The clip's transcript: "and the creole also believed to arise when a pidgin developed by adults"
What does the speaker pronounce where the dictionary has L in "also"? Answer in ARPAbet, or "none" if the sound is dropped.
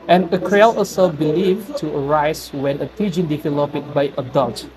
none